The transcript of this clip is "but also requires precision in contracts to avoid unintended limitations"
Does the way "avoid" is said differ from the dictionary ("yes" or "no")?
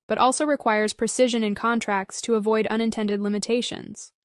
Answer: no